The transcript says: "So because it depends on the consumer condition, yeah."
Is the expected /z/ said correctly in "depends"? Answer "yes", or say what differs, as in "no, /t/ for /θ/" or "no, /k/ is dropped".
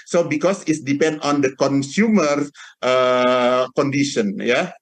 no, /z/ is dropped